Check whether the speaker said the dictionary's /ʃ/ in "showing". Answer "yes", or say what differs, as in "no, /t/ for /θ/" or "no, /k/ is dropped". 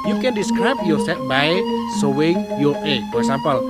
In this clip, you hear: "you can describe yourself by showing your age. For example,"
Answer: no, /s/ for /ʃ/